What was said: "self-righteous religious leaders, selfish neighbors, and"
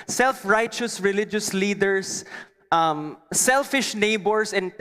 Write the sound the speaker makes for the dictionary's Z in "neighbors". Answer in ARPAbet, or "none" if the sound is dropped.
S